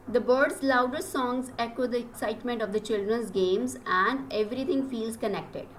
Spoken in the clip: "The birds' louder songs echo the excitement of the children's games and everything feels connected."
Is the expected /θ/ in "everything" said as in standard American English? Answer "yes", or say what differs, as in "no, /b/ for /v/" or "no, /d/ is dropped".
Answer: no, /t/ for /θ/